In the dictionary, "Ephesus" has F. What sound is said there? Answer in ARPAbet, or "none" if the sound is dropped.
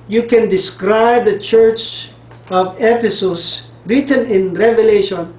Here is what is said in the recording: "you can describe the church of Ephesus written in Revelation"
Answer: P